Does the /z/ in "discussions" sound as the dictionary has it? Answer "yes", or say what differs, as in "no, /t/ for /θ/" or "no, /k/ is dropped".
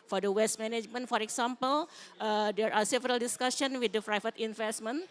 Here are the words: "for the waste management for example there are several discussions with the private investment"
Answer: no, /z/ is dropped